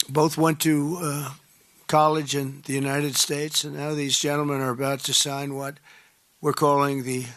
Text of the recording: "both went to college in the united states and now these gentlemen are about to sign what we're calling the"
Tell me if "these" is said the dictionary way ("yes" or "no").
yes